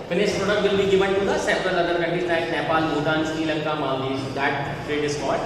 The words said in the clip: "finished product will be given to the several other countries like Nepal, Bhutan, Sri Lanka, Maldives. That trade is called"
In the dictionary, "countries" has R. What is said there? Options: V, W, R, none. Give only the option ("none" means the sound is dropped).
none